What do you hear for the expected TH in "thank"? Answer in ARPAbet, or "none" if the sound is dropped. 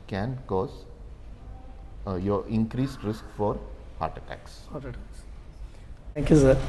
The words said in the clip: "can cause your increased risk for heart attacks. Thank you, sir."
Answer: S